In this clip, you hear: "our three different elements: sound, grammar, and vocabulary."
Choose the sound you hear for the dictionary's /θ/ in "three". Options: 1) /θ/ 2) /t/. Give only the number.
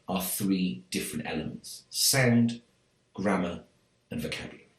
1